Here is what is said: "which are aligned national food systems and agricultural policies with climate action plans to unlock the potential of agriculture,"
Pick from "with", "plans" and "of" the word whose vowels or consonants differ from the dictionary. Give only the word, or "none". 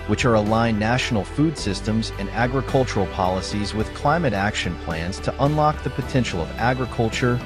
none